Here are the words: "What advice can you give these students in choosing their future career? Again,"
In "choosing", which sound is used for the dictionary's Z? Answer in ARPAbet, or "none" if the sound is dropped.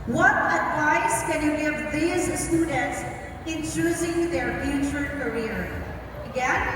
Z